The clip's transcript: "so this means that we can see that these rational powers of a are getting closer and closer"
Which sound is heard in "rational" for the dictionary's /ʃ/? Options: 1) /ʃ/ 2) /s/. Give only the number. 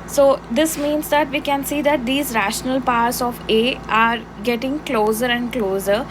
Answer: 1